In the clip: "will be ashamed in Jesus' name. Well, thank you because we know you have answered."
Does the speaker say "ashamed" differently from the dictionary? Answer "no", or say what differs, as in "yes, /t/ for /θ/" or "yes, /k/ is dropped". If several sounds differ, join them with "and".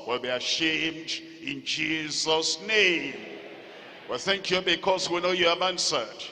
no